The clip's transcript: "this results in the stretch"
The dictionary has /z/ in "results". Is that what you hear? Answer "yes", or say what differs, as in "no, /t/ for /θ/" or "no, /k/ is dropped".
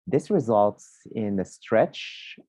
yes